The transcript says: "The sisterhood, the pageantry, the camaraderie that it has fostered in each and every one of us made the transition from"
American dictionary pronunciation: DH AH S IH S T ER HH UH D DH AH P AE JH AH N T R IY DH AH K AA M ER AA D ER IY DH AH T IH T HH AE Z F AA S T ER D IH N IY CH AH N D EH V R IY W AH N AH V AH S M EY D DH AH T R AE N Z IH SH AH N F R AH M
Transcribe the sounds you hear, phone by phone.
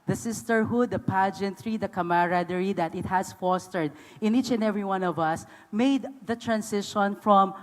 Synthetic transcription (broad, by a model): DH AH S IH S T ER HH UH D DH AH P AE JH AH N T R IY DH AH K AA M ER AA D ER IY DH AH T IH T HH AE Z F AA S T ER D IH N IY CH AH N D EH V R IY W AH N AH V AH S M EY D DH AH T R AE N S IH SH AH N F R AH M